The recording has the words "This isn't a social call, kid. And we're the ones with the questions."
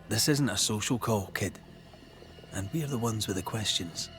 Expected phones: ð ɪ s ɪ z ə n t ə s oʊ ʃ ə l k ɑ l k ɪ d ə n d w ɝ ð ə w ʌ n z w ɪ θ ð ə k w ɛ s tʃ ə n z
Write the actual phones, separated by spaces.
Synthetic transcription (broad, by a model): ð ɪ s ɪ z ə n t ə s oʊ ʃ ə l k ɑ l k ɪ d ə n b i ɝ ð ə w ʌ n z w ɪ ð ə k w ɛ s tʃ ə n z